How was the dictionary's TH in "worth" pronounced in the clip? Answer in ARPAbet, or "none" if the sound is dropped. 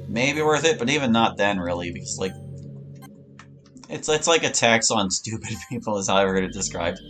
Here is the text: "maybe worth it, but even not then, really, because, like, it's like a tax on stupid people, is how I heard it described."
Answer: TH